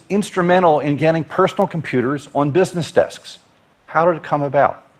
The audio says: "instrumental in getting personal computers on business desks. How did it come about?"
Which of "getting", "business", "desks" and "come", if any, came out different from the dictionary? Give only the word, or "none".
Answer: none